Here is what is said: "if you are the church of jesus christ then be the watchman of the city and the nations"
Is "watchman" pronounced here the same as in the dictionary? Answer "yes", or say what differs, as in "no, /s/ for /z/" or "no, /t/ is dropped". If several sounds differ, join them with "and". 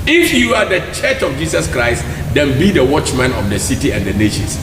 yes